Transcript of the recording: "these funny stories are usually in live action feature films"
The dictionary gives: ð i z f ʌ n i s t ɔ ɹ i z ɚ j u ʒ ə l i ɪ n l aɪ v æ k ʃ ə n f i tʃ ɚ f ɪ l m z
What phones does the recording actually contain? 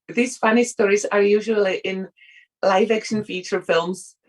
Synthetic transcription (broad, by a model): ð i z f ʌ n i s t ɔ ɹ i z ɚ j u ʒ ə l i ɪ n l aɪ v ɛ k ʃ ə n f i tʃ ɚ f ɪ l m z